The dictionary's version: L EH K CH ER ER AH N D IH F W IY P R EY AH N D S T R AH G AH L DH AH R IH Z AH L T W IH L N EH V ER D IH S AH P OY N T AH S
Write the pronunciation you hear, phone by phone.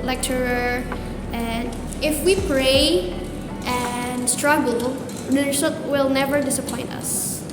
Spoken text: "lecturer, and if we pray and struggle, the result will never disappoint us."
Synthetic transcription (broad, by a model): L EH K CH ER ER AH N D IH F W IY P R EY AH N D S T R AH G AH L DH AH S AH T W IH L N EH V ER D IH S AH P OY N T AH S